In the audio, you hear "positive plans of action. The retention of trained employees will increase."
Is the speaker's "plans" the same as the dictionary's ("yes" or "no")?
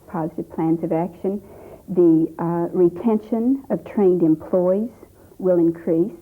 yes